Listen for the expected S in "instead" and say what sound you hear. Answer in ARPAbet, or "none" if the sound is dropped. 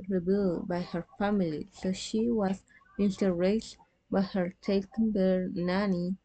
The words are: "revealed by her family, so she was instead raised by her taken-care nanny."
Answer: none